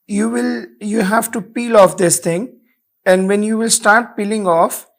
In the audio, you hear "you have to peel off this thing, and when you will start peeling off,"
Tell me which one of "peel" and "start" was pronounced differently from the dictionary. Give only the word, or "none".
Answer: none